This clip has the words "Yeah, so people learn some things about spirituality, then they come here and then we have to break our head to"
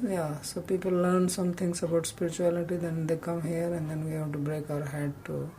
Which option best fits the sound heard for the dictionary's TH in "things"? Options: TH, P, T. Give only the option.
T